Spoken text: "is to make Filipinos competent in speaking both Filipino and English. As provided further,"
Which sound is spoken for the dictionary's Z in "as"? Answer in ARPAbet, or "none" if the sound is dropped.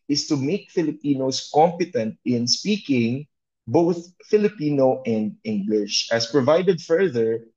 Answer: S